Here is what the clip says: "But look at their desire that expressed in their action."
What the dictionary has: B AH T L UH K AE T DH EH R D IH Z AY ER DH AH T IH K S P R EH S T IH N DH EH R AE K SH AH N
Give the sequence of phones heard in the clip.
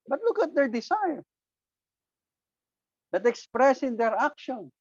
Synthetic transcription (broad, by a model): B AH T L UH K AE T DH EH R D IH S AY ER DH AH T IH K S P R EH S IH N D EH R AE K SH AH N